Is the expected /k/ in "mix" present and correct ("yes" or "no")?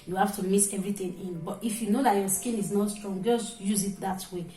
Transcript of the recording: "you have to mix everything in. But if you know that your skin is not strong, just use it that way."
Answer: no